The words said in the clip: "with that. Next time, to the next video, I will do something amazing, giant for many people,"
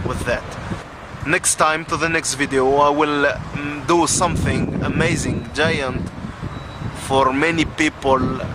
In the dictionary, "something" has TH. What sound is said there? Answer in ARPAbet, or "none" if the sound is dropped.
TH